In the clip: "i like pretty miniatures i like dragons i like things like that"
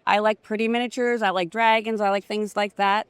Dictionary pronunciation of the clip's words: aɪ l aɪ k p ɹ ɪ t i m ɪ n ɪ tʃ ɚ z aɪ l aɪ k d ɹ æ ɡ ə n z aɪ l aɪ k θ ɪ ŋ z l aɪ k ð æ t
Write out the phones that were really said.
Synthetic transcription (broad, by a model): aɪ l aɪ k p ɹ ɪ t i m ɪ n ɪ tʃ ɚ z aɪ l aɪ k d ɹ æ ɡ ə n z aɪ l aɪ k θ ɪ ŋ z l aɪ k ð æ t